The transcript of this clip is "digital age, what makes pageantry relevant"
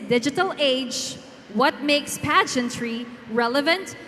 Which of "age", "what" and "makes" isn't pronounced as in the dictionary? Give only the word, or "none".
none